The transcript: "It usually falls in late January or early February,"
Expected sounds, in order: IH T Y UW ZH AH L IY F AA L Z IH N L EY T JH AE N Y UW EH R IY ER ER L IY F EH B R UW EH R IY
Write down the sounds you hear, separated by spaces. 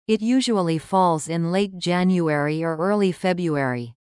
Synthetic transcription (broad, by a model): IH T Y UW ZH AH L IY F AA L Z IH N L EY T JH AE N Y UW EH R IY ER ER L IY F EH B R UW EH R IY